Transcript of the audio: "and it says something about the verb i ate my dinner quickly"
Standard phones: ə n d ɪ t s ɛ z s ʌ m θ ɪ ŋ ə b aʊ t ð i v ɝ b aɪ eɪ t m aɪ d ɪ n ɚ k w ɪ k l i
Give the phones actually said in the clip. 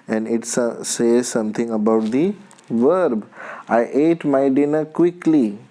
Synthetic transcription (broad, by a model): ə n d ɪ t s ɛ z s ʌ m t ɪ ŋ ə b aʊ t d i v ɝ b aɪ eɪ t m aɪ d ɪ n ɚ k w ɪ k l i